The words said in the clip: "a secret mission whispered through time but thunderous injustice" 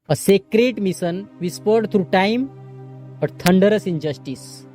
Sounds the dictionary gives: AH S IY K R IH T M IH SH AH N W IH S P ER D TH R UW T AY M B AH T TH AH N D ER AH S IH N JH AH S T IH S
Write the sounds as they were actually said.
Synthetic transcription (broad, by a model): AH S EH K R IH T M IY S AH N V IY S P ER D T R UW T AY M B AH T T AH N D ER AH S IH N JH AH S T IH S